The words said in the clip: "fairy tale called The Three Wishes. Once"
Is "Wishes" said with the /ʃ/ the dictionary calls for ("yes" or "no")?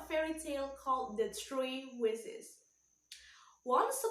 no